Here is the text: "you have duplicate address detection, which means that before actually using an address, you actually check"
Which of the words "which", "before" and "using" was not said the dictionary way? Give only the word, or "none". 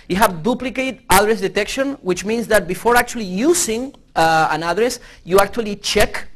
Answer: using